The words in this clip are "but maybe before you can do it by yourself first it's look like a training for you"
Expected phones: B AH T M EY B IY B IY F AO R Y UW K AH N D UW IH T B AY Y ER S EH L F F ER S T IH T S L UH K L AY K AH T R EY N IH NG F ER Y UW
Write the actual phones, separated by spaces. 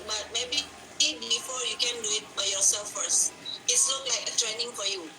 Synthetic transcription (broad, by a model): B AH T M EY B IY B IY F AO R Y UW K AH N D UW IH T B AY Y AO S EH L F F ER S T IH T S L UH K L AY K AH T R EY N IH NG F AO Y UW